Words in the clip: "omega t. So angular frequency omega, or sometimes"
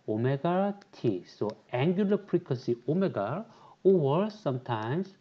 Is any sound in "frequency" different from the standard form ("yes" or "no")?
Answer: yes